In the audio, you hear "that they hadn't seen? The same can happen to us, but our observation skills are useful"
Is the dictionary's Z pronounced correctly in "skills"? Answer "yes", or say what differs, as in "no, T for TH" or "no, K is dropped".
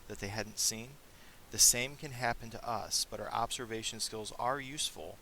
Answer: yes